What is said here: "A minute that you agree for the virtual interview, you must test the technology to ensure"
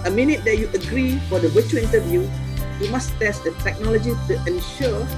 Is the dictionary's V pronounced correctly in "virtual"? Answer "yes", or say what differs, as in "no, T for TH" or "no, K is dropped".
no, W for V